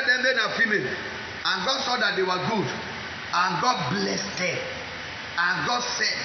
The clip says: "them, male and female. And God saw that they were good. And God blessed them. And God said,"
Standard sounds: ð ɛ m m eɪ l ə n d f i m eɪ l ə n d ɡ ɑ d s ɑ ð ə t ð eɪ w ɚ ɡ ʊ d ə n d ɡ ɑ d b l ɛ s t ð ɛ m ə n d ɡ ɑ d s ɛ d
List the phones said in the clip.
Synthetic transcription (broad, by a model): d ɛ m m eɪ n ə f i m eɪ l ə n ɡ ɑ d s ɑ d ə t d eɪ w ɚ ɡ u d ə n ɡ ɑ d b l ɛ s t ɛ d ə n ɡ ɑ d s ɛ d